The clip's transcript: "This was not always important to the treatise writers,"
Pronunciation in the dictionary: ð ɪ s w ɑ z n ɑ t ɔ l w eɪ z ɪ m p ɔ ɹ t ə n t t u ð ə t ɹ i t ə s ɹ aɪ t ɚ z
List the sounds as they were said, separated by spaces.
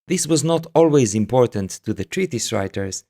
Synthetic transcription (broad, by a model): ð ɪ s w ɑ z n ɑ t ɔ l w eɪ z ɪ m p ɔ ɹ t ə n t t u ð ə t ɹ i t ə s ɹ aɪ t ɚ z